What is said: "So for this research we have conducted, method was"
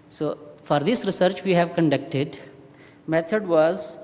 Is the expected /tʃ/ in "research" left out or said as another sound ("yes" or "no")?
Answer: no